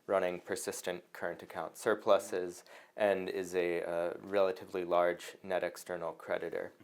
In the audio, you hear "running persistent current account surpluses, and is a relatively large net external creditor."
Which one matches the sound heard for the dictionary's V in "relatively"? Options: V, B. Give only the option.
V